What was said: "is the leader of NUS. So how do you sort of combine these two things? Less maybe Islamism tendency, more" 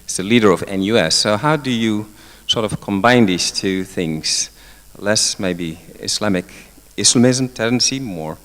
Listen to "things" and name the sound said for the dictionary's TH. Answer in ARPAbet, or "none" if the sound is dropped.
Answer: TH